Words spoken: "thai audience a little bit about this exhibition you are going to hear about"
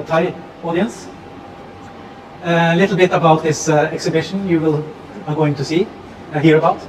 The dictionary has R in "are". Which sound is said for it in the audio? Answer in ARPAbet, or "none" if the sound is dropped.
L